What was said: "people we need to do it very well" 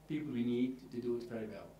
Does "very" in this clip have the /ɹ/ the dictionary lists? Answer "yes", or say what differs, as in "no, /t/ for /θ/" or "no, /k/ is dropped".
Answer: yes